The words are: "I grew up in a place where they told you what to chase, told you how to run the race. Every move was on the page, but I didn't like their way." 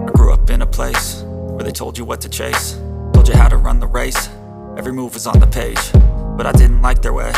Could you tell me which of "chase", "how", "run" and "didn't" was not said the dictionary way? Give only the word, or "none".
none